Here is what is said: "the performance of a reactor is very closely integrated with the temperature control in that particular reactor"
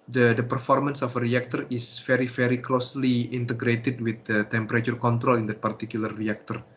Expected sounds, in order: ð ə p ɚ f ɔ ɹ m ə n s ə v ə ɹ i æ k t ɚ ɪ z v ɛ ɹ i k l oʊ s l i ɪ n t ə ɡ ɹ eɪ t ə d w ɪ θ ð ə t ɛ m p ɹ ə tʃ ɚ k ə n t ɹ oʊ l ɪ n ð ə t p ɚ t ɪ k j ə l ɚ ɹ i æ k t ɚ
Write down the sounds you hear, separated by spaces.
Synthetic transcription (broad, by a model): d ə p ɚ f ɔ ɹ m ə n s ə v ə ɹ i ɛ k t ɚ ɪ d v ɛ ɹ i k l oʊ s l i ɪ n t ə ɡ ɹ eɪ t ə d w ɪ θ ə t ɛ m p ɹ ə tʃ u k ə n t ɹ oʊ l ɪ n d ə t p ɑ t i k j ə l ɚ ɹ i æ k t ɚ